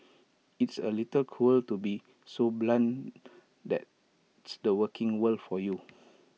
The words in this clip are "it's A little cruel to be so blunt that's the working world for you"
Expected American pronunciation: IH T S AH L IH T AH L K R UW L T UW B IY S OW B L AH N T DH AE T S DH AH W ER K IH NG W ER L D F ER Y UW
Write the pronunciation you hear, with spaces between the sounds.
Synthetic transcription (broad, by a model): IH T S AH L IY T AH L K UW L T UW B IY S OW B L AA N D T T S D AH W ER K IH NG W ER L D F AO Y UW